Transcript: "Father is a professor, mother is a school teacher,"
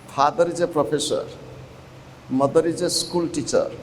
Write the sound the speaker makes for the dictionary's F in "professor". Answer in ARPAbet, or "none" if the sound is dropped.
P